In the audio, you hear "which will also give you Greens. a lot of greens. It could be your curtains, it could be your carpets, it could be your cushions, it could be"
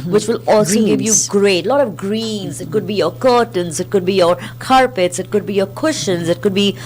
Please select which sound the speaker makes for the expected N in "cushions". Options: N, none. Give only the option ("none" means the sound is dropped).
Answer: N